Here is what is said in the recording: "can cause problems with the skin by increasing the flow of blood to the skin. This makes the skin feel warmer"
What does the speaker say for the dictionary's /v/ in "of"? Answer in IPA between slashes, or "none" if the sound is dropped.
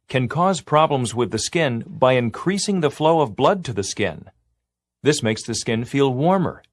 /v/